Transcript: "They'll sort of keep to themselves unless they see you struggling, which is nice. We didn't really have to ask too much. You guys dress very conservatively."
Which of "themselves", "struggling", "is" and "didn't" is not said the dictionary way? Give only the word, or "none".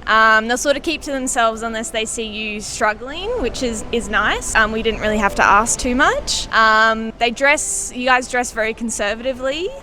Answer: none